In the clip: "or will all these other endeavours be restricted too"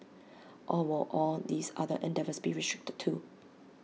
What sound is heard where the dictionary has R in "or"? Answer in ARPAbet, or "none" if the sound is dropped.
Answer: L